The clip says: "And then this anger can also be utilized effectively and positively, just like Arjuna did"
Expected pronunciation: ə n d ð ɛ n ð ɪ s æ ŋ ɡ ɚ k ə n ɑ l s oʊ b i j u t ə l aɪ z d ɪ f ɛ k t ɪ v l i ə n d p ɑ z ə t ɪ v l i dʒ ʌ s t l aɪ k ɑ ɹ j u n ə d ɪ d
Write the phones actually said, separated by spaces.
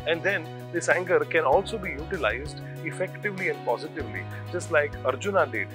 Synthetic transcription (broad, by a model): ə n d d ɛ n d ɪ s æ ŋ ɡ ɚ k ə n ɑ l s oʊ b i j u t ə l aɪ z d ɪ f ɛ k t ɪ v l i ə n d p ɑ z ə t ɪ v l i dʒ ʌ s t l aɪ k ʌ ɹ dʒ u n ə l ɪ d